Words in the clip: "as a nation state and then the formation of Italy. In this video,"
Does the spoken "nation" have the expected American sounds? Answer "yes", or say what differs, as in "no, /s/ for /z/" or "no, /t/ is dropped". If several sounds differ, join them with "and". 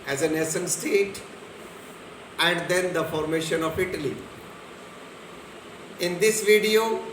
no, /s/ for /ʃ/